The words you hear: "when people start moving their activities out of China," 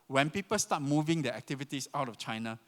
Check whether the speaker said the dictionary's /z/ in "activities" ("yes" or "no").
no